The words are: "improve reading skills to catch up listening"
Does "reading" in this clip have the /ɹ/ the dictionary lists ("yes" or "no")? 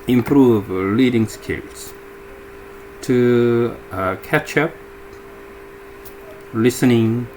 no